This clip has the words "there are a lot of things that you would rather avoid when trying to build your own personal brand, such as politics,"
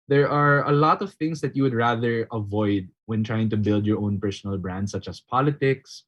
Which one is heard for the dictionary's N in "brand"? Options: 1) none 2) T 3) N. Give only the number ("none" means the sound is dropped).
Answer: 3